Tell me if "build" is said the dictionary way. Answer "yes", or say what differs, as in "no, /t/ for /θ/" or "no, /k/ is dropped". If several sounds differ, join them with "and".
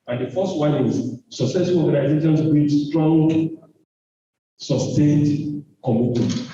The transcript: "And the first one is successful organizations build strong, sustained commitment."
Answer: no, /l/ is dropped